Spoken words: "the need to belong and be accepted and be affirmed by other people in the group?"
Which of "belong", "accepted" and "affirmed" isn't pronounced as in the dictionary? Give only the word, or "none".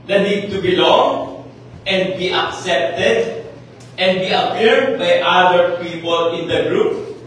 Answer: affirmed